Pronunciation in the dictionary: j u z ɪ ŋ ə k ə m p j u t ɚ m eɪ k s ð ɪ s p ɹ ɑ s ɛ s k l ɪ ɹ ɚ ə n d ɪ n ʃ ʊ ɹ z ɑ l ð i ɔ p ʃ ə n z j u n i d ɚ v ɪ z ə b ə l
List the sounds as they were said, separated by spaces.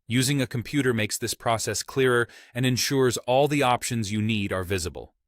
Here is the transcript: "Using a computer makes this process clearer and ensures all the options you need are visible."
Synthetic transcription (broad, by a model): j u z ɪ ŋ ə k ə m p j u t ɚ m eɪ k s ð ɪ s p ɹ ɑ s ɛ s k l ɪ ɹ ɚ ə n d ɪ n ʃ ʊ ɹ z ɑ l ð i ɔ p ʃ ə n z j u n i d ɚ v ɪ z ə b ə l